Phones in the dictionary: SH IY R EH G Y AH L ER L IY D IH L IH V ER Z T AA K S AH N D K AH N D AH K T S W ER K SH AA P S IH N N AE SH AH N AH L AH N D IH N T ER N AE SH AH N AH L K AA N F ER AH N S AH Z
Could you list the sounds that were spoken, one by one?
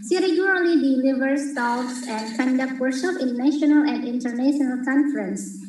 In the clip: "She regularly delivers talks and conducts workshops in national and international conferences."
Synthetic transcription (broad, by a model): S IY R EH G Y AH L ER L IY D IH L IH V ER S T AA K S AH N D K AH N D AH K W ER SH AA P IH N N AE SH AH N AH L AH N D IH N T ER N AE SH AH N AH L K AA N F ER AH N S